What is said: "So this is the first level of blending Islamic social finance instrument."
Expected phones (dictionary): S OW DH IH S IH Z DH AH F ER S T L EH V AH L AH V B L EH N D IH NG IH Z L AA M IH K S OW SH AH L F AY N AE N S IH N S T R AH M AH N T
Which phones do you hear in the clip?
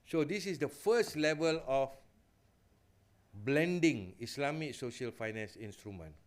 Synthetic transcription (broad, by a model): S OW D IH S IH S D AH F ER S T L EH V AH L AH F B L EH N D IH NG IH S L AA M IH K S OW SH AH L F AY N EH N S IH N S T R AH M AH N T